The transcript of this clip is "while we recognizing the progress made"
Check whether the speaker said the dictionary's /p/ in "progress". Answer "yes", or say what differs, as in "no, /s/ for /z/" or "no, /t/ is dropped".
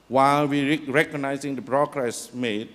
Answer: no, /b/ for /p/